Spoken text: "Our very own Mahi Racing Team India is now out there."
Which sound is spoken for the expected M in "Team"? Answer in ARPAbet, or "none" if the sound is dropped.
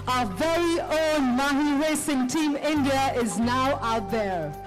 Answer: M